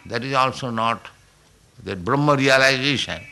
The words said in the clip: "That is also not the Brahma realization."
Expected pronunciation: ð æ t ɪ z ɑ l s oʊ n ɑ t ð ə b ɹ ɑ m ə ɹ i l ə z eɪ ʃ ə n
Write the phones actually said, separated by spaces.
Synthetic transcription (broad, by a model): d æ t ɪ z ɑ l s oʊ n ɑ t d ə b ɹ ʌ m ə ɹ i l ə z eɪ ʃ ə n